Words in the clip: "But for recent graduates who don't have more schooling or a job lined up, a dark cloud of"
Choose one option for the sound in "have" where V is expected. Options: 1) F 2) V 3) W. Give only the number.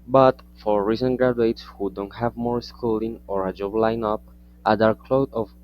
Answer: 2